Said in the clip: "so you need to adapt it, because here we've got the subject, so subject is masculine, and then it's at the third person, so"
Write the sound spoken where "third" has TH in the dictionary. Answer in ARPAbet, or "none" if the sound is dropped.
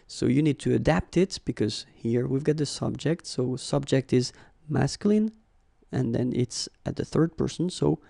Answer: TH